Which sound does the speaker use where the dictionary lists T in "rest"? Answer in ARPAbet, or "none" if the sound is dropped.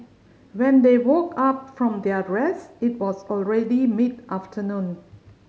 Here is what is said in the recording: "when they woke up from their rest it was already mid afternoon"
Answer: none